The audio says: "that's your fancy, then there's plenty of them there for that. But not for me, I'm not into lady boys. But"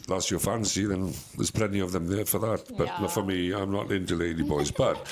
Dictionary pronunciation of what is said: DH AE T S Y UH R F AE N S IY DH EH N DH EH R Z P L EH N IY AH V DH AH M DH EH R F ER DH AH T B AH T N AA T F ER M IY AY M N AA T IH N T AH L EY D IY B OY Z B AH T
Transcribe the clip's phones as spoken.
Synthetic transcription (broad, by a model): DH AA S Y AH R F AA N S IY DH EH N DH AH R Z P L EH N IY AH V DH AH M DH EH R F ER DH AH T B AH T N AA F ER M IY AY M N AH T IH N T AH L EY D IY B OY Z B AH T